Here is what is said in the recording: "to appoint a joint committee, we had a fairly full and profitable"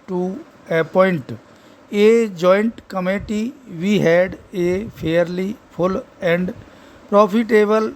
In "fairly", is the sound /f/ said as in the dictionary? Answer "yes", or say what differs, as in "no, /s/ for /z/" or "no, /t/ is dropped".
no, /p/ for /f/